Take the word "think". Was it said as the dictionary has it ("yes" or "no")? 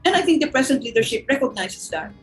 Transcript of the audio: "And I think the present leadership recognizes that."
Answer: no